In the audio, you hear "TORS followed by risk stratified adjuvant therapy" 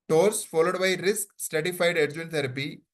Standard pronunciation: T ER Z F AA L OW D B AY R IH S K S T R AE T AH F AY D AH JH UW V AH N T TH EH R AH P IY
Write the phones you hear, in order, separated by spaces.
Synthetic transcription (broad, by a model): T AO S F AA L OW D B AY R IH S K S T EH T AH F AY D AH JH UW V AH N T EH R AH P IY